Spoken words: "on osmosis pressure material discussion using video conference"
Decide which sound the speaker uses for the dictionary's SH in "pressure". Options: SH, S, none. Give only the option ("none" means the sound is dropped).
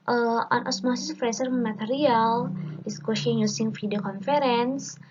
S